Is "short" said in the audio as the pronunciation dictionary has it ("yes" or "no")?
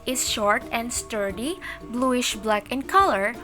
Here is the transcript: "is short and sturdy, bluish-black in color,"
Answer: yes